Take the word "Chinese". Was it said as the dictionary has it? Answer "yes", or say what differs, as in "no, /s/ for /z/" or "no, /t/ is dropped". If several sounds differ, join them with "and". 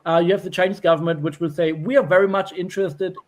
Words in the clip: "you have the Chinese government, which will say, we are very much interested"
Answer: yes